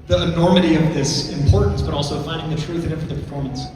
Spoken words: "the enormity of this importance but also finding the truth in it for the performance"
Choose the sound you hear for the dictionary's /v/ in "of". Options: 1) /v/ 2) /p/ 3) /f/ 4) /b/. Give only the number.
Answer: 1